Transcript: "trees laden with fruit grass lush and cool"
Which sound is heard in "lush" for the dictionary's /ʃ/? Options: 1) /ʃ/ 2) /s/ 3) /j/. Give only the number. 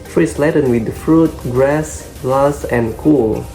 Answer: 2